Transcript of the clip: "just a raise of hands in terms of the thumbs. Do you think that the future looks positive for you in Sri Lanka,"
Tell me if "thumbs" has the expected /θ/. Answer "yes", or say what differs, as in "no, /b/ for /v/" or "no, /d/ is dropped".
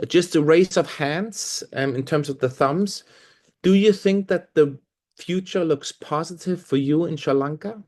yes